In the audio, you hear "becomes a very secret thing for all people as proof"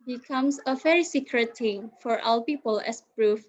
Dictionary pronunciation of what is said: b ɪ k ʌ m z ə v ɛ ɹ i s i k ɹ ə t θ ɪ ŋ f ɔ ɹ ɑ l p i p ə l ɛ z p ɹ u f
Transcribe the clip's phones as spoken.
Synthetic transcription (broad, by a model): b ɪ k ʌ m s ə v ɛ ɹ i s i k ɹ ə t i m f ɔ ɹ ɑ w p i p ə l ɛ s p ɹ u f